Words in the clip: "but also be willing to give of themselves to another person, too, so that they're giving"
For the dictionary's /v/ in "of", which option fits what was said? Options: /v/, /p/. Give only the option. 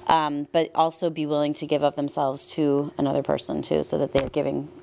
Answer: /p/